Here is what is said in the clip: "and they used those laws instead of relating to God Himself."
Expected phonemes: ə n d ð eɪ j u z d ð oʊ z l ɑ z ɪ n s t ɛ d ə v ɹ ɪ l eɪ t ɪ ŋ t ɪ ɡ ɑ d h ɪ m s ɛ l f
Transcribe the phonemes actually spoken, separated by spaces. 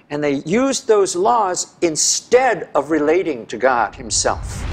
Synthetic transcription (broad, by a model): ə n ð eɪ j u z ð oʊ z l ɑ z ɪ n s t ɛ d ə v ɹ ɪ l eɪ t ɪ ŋ t ɪ ɡ ɑ d h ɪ m s ɛ l f